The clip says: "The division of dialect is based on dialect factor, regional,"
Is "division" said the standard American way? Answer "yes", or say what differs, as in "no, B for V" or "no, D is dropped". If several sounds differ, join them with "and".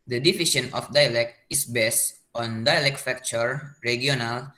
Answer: no, SH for ZH